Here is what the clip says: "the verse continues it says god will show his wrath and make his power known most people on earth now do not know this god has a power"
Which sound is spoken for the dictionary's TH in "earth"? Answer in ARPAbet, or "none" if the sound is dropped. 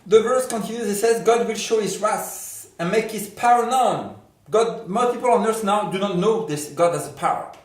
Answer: S